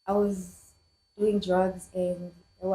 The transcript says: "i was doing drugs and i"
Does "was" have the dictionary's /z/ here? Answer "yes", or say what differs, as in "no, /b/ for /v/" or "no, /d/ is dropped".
yes